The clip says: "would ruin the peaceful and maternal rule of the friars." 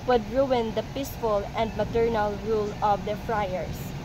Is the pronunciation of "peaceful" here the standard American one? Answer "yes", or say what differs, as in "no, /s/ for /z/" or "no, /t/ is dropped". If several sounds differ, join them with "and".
yes